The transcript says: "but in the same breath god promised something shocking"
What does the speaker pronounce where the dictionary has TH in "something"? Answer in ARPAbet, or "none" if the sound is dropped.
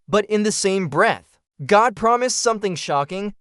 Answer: TH